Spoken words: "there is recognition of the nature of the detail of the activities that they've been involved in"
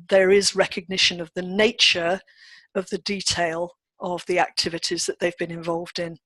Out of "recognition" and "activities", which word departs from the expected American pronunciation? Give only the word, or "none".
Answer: none